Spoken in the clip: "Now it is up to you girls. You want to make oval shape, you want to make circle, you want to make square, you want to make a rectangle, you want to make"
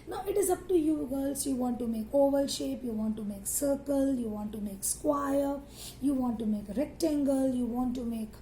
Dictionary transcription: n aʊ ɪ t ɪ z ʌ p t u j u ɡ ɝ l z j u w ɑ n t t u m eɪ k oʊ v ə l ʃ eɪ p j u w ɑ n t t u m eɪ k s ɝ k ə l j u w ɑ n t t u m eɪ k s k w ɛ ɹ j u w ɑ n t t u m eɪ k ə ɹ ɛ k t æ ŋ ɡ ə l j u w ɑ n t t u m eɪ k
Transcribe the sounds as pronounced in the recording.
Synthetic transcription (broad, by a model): n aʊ ɪ t ɪ z ʌ p t u j u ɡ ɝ l s j u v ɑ n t t u m eɪ k oʊ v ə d ʃ eɪ p j u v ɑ n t t u m eɪ k s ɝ k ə l j u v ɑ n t t u m eɪ k s k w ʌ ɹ j u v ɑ n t t u m eɪ k ɹ ɛ k t æ ŋ ɡ ə l j u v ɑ n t t u m eɪ k